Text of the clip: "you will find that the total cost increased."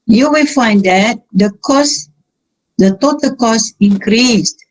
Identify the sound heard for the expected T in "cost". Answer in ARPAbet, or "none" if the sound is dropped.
none